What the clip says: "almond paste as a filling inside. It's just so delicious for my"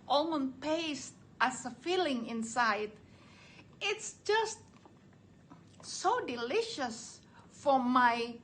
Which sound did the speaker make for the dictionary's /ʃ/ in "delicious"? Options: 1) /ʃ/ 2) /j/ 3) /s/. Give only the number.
1